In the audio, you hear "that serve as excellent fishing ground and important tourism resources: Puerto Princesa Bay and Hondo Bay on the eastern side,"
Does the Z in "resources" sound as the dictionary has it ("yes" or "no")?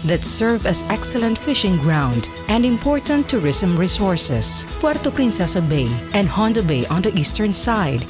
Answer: no